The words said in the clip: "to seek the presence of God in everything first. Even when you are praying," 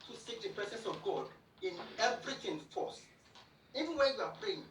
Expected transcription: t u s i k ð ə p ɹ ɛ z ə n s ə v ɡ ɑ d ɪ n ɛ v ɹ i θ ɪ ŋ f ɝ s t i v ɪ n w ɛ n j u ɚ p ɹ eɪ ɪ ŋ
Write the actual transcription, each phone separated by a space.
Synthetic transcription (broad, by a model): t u s i k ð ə p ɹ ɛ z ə n s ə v ɡ ɑ d ɪ n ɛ v ɹ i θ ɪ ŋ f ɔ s i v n w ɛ j u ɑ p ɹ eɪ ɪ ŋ